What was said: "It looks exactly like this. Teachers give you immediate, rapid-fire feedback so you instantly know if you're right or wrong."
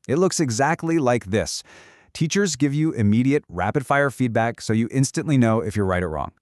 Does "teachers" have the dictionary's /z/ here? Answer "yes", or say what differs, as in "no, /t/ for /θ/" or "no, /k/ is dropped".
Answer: yes